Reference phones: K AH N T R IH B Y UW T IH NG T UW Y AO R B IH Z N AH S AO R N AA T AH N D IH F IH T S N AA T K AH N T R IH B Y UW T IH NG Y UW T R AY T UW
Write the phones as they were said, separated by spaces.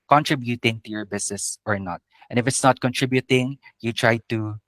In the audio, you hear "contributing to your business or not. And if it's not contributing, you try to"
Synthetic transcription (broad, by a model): K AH N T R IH B Y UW T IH NG T UW Y AO R B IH S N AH S AO R N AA T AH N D IH F IH T S N AA T K AH N T R IH B Y UW T IH NG Y UW T R AY T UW